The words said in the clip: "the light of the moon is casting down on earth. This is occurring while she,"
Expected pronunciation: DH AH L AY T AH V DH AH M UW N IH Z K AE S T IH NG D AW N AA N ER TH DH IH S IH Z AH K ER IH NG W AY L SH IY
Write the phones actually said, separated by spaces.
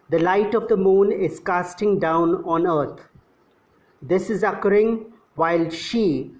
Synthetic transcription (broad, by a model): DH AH L AY T AH V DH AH M UW N IH Z K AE S T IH NG D AW N AA N ER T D IH S IH Z AH K ER IH NG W AY L SH IY